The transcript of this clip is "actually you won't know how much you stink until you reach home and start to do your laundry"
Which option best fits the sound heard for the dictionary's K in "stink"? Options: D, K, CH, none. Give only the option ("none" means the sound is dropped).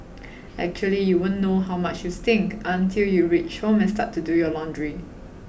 K